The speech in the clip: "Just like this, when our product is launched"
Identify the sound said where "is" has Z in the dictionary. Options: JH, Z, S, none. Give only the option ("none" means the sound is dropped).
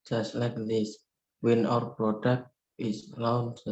S